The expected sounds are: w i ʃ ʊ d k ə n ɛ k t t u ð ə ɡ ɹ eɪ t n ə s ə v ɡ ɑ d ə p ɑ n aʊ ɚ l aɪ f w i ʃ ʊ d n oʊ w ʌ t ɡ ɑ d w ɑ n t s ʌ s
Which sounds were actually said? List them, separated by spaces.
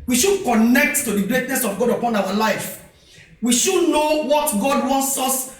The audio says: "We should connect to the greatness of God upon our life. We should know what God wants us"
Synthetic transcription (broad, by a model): w i ʃ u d k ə n ɛ k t t u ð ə ɡ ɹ eɪ t n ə s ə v ɡ ɑ d ə p ɑ n aʊ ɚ l aɪ f w i ʃ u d n oʊ w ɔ t ɡ ɑ d w ɑ n t s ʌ s